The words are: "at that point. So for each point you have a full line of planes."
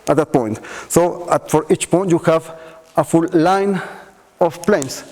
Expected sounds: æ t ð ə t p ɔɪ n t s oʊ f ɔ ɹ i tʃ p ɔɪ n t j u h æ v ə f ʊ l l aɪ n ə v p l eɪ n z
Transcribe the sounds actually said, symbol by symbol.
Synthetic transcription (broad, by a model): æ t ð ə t p ɔɪ n t s oʊ f ɔ ɹ i tʃ p ɔɪ n t j u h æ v ə f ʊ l l aɪ n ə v p l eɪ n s